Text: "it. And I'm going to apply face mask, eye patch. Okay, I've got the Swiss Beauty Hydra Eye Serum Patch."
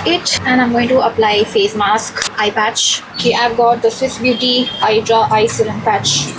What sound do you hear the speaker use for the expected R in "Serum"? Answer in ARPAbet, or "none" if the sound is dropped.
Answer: L